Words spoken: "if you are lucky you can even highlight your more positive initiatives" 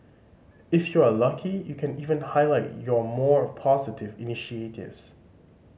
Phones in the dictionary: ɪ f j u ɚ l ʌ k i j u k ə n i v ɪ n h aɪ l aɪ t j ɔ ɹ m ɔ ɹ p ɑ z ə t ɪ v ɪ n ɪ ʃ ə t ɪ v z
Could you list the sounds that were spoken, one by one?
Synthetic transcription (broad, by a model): ɪ f j u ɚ l ʌ k i j u k ə n i v ɪ n h aɪ l aɪ t j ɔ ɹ m ɔ ɹ p ɑ z ə t ɪ v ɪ n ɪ ʃ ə t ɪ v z